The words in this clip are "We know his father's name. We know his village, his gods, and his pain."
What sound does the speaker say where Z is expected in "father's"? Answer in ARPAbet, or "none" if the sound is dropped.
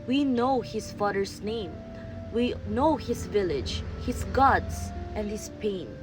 S